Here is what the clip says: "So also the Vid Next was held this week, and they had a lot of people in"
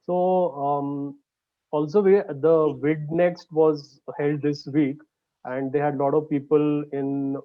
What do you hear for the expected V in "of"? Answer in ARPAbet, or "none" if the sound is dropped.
V